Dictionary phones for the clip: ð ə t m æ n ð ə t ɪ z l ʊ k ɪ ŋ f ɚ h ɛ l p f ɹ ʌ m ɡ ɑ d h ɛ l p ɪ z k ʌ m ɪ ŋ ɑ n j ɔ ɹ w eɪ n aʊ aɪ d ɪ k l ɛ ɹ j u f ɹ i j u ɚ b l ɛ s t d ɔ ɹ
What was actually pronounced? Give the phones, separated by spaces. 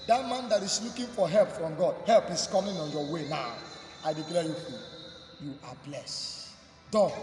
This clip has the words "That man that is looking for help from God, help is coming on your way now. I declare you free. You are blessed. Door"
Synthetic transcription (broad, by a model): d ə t m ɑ n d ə t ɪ s l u k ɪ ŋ f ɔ h ɛ l p f ɹ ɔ m ɡ ɑ d h ɛ l p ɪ s k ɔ m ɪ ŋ ɑ n j ɔ w eɪ n aʊ aɪ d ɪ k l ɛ j u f i j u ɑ b l ɛ s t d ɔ